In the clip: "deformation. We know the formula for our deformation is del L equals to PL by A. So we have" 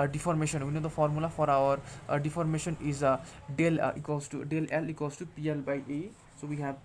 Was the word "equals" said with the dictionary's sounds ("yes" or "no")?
no